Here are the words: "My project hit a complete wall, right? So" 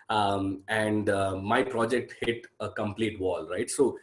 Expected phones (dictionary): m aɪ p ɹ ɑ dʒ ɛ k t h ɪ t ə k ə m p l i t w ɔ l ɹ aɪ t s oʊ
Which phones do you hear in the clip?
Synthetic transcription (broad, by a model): m aɪ p ɹ ɑ dʒ ɛ k t h ɪ t ə k ə m p l i t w ɔ l ɹ aɪ t s oʊ